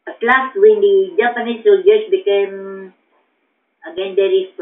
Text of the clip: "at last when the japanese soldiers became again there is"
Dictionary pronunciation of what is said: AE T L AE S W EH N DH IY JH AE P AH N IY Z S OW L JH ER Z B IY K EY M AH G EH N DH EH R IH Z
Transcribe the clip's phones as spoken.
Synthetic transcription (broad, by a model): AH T L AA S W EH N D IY JH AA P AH N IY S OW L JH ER S B IY K EY M AH G EH N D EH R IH